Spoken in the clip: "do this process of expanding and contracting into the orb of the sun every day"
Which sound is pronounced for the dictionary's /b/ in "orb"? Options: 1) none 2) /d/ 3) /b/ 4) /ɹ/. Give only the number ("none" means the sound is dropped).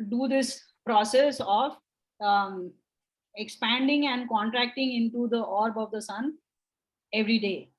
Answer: 3